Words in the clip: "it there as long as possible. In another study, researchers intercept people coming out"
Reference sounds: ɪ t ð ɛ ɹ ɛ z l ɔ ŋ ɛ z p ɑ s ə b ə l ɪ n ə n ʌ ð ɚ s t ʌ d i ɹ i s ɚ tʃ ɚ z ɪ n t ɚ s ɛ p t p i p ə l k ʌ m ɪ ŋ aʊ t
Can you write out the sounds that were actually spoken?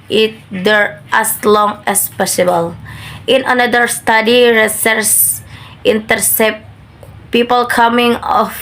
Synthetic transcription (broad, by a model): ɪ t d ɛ ɹ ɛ s l ɔ ŋ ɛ s p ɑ s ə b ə l ɪ n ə n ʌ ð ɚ s t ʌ d i ɹ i s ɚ s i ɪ n t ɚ s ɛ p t p i p ə l k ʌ m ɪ ŋ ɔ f